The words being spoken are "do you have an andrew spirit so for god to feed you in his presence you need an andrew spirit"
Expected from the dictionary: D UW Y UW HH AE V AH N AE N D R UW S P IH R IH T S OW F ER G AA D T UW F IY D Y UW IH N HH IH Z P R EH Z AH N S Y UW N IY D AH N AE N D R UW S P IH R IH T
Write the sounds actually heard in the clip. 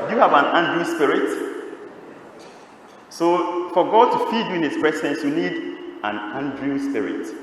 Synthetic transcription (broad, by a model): Y UW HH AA V AH N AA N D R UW S P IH R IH T S OW F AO G AA D T UW F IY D Y UW IH N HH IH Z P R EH S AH N S Y UW N IY D AH N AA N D R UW S P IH R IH T